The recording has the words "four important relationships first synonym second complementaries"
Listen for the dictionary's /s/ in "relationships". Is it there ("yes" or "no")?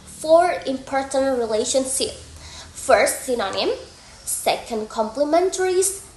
no